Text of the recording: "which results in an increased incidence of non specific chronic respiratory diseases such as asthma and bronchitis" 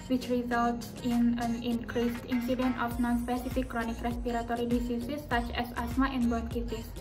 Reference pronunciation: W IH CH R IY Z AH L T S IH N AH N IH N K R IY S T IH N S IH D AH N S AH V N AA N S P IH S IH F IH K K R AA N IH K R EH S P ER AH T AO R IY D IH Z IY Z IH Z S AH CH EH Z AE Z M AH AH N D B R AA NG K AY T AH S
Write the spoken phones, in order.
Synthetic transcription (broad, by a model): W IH CH R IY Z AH L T S IH N AH N IH N K R IY S T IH N S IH D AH N AH F N AA N S P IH S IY F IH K K R AA N IH K R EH S P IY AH T AO R IY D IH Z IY S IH S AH CH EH S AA S M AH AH N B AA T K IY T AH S